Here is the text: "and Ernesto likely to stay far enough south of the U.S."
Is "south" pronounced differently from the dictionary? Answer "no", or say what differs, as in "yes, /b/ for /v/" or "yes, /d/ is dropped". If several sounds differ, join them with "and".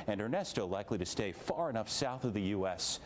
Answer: no